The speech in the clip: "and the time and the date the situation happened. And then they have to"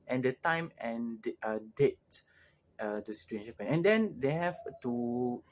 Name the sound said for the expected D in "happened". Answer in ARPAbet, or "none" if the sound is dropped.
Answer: none